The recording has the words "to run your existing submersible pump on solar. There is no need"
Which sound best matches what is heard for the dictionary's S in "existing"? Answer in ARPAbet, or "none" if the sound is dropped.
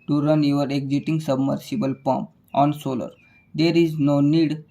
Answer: none